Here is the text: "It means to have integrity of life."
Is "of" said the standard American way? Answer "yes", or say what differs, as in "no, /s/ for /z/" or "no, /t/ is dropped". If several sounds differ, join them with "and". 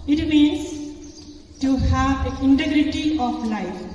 no, /p/ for /v/